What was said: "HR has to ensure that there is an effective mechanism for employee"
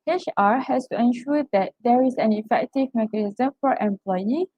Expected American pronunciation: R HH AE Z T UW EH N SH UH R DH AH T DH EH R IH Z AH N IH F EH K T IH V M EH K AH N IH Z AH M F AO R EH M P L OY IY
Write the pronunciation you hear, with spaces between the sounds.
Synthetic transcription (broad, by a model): R HH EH S T UW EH N SH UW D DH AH T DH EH R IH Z AH N IH F EH K T IH V M EH K AH N IH Z AH M F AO R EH M P L OY IY